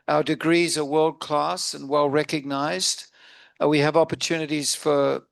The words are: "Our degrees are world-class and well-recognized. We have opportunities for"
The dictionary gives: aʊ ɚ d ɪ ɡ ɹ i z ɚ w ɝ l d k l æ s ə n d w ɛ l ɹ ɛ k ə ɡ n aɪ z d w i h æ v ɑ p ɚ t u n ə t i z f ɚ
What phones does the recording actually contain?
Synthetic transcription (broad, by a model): aʊ ɚ d ɪ ɡ ɹ i z ɚ w ɝ l d k l æ s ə n w ɛ l ɹ ɛ k ə ɡ n aɪ z d w i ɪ v ɑ p ɚ t u n ə t i z f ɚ